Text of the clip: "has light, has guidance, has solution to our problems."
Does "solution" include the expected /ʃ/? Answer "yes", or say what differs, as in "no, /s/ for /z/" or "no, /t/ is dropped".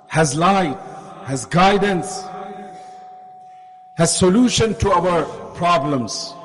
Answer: yes